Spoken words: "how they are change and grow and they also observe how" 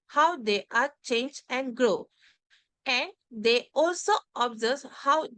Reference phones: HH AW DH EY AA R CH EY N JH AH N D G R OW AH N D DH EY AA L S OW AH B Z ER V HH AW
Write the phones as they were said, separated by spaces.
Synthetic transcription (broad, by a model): HH AW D EY AA R CH EY N JH AH N D G R OW AH N D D EY AA L S OW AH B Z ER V HH AW